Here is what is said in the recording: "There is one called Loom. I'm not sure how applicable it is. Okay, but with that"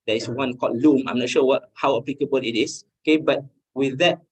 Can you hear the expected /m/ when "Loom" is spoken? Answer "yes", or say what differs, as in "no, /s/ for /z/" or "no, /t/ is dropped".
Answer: yes